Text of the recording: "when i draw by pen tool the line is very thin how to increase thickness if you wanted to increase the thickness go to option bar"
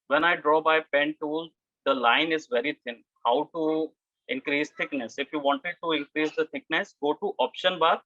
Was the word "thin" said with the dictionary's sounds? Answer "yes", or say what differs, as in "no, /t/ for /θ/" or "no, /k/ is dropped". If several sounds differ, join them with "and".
no, /t/ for /θ/